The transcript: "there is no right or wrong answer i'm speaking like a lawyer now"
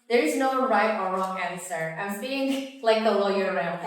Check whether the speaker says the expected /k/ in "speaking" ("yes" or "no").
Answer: no